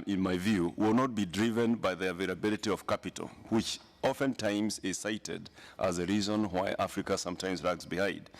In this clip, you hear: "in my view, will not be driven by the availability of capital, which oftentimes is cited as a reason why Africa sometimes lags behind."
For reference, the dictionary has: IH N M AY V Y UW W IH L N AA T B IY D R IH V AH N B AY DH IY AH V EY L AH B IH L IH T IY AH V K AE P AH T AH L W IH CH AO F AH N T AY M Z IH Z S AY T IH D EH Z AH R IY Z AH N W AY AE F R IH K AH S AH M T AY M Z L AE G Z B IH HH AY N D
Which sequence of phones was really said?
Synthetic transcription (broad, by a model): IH N M AY V Y UW W IH L N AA T B IY D R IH V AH N B AY DH IY AH V EY L AH B IH L IH T IY AH V K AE P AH T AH L W IH CH AO F AH N T AY M Z IH Z S AY T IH D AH Z AH R IY Z AH N W AY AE F R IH K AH S AH M T AY M Z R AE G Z B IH HH AY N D